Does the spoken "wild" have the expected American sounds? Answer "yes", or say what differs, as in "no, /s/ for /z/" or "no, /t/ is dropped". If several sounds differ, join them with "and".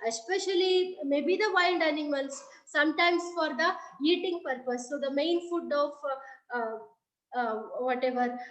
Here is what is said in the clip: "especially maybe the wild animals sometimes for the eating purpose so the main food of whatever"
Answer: no, /n/ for /l/